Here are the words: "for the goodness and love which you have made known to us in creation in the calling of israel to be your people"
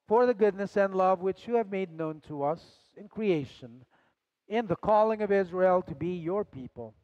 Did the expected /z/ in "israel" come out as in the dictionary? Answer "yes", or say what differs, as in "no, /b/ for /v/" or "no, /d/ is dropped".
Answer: yes